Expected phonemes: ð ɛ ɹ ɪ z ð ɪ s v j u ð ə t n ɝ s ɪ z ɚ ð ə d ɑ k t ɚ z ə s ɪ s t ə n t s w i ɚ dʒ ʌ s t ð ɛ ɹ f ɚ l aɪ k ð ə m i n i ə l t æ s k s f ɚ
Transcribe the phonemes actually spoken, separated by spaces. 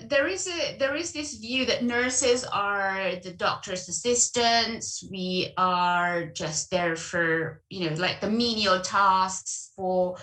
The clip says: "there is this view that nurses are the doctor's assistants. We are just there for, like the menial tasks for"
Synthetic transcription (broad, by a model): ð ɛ ɹ ɪ z ð ɪ s v j u ð ə t n ɝ s ɪ z ɚ ð ə d ɑ k t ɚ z ə s ɪ s t ə n t s w i ɚ dʒ ʌ s t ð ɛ ɹ f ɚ l aɪ k ð ə m i n i ə l t æ s k s f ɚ